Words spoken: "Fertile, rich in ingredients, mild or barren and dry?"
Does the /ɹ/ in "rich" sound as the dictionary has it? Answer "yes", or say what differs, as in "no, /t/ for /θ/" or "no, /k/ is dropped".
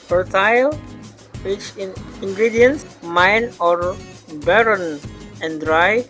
no, /w/ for /ɹ/